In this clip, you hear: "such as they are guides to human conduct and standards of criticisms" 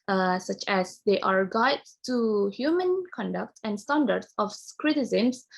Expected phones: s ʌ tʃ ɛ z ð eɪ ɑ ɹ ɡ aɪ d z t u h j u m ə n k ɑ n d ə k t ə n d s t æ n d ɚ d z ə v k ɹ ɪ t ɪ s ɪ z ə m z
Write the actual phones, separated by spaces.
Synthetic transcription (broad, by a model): s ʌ tʃ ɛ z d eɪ ɑ ɹ ɡ aɪ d t u h j u m ə n k ɑ n d ə k t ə n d s t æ n d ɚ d s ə f k ɹ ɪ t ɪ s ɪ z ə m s